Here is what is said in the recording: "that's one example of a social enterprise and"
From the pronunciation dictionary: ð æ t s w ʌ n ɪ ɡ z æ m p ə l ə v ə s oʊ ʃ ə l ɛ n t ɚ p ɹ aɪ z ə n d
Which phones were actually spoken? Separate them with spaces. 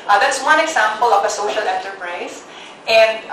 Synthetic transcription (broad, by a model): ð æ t s w ʌ n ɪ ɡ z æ m p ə l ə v ə s oʊ ʃ ə l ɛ n t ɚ p ɹ aɪ s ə n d